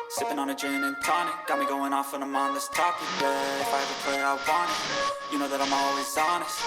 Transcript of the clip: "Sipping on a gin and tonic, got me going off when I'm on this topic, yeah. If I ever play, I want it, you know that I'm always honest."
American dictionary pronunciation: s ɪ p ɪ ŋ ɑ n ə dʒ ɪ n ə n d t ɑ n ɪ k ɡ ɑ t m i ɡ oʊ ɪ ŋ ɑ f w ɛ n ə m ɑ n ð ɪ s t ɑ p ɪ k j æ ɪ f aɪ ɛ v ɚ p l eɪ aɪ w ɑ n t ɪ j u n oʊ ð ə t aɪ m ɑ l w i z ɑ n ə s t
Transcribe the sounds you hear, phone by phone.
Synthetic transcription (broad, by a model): s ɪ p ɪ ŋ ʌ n ə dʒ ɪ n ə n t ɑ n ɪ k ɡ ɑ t m i ɡ oʊ ɪ ŋ ɑ f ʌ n ə m ɑ n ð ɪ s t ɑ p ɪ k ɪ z aɪ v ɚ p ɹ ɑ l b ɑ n ɪ j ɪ n oʊ ð ə t aɪ m ɑ l w i z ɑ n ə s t